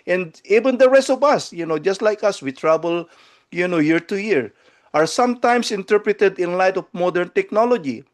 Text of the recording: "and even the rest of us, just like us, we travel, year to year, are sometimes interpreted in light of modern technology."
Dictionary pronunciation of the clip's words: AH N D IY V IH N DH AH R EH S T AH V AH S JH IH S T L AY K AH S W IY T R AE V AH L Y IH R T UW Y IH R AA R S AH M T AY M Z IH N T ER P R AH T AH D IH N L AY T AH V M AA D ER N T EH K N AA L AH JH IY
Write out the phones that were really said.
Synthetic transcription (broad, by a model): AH N D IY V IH N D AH R EH S T AH V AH S JH IH S T L AY K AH S W IY T R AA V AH L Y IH R T UW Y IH R AA R S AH M T AY M S IH N T ER P R AH T AH D IH N L AY T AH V M AA D ER N T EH K N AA L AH JH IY